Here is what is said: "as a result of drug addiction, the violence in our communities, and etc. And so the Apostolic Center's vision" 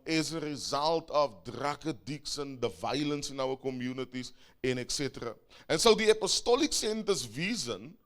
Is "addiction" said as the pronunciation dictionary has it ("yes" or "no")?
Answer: no